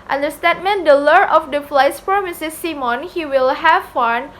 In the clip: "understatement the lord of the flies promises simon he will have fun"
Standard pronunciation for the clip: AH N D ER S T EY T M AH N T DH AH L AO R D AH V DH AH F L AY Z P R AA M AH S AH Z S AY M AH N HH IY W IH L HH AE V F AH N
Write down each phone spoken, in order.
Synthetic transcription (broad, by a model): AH N D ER S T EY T M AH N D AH L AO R AH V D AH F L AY S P R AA M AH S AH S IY M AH N HH IY W IH L HH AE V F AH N